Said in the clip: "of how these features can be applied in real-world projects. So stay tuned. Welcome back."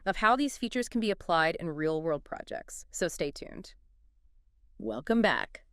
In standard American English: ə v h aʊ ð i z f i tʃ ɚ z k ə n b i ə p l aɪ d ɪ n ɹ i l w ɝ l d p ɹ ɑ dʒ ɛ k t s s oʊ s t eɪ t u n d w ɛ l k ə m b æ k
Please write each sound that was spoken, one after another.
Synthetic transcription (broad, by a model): ə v h aʊ ð i z f i tʃ ɚ z k n b i ə p l aɪ d ɪ n ɹ i l w ɝ l d p ɹ ɑ dʒ ɛ k t s s oʊ s t eɪ t u n d w ɛ l k ə m b æ k